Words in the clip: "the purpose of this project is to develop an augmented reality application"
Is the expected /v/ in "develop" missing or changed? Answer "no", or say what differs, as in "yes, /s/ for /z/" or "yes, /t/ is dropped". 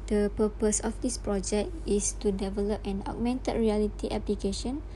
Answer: no